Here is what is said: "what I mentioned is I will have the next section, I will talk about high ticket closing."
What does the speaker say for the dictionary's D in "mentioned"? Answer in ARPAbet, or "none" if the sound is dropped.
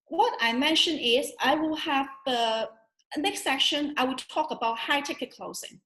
none